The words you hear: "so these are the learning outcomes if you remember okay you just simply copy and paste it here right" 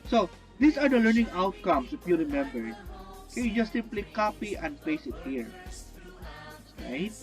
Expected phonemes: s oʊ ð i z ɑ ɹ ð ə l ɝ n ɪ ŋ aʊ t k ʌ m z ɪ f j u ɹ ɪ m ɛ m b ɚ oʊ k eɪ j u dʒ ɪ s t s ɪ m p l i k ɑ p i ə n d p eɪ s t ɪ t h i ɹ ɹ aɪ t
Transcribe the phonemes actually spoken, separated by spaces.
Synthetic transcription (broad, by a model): s oʊ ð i s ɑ ɹ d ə l ɝ n ɪ ŋ aʊ t k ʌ m s ɪ f j u ɹ ɪ m ɛ m b ɚ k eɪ j u dʒ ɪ s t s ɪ m p l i k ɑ p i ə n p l eɪ s ɪ t h i ɹ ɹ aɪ t